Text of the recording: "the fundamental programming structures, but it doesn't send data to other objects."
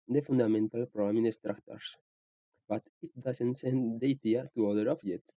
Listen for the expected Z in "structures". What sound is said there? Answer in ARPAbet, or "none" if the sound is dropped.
S